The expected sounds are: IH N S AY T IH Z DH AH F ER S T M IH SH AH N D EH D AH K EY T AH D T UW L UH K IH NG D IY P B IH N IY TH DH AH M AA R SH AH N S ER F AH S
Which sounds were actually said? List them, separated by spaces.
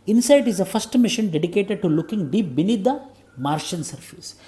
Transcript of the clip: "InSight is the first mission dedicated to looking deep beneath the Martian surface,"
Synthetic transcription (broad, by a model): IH N S AY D IH Z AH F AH S T M IH SH AH N D EH D AH K EY T AH D T UW L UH K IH NG D IY P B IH N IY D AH M AA R SH AH N S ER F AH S